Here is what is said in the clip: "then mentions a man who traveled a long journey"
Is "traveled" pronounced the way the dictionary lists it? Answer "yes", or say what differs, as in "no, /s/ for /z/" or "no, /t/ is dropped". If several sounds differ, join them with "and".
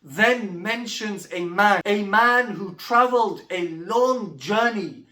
yes